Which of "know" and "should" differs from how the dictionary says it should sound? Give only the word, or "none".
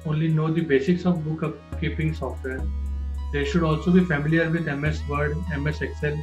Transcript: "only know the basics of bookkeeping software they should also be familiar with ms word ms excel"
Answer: none